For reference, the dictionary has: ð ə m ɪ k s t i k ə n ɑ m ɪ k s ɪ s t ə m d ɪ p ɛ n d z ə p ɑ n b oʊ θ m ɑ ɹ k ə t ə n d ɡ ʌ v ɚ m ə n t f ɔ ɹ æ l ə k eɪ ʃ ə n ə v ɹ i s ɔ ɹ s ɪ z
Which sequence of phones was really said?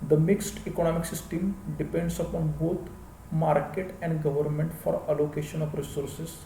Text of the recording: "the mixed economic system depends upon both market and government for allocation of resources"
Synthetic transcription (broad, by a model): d ə m ɪ k s t i k ə n ɑ m ɪ k s ɪ s t ə m d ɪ p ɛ n d s ə p ɑ n b oʊ t m ɑ ɹ k ə t ə n d ɡ ʌ v ɚ m ə n t f ɔ ɹ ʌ l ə k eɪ ʃ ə n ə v ɹ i s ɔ ɹ s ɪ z